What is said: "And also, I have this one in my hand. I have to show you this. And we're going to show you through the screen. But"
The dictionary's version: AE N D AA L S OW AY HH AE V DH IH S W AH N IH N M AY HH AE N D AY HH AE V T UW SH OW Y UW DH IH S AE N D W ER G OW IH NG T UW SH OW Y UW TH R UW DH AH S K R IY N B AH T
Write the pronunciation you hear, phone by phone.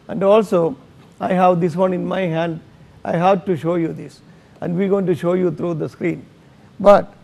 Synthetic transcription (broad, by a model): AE N D AA L S OW AY HH AE V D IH S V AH N IH N M AY HH AE N D AY HH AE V T UW SH OW Y UW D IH S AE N D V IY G OW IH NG T UW SH OW Y UW T R UW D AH S K R IY N B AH T